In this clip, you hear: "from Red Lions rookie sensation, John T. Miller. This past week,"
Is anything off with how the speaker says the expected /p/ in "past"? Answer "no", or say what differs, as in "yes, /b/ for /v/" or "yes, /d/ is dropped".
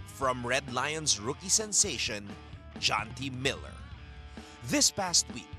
no